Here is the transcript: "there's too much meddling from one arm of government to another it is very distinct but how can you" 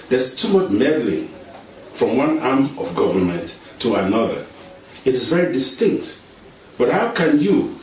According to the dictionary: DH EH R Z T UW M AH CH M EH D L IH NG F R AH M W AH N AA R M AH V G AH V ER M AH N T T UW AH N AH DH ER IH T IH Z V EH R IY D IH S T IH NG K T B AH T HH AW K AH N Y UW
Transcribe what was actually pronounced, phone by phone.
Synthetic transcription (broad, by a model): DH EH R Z T UW M AH CH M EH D L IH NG F R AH M W AH N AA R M AH V G AH V ER M AH N T T UW AH N AH DH ER IH T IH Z V EH R IY D IH S T IH NG K T B AH T HH AW K AH N Y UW